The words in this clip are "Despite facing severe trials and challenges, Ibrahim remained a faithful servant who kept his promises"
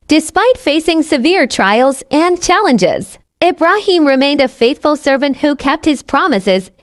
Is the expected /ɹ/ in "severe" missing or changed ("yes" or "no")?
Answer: no